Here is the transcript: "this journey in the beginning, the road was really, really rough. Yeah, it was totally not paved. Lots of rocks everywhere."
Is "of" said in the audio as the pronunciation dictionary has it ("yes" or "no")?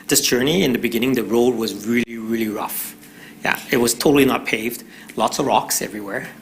yes